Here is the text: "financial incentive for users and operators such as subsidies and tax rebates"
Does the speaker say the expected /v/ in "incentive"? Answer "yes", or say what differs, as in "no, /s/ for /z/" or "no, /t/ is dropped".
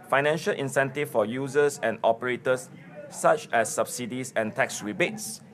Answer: no, /f/ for /v/